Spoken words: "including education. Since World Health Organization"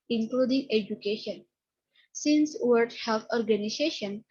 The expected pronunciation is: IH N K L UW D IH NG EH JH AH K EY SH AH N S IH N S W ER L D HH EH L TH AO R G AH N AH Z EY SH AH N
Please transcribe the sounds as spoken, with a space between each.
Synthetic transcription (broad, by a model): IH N K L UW D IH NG EH JH AH K EY SH AH N S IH N S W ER D HH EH L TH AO R G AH N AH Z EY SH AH N